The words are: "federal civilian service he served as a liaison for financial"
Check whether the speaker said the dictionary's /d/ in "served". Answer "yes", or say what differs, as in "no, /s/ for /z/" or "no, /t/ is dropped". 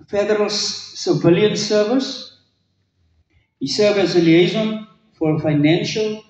no, /d/ is dropped